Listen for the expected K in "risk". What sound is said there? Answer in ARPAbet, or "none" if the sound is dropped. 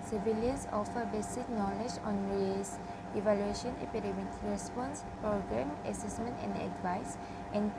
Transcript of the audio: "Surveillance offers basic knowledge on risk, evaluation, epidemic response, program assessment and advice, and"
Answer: none